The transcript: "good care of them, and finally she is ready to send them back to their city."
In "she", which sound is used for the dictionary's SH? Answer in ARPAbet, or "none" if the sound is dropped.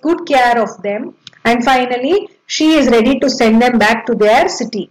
SH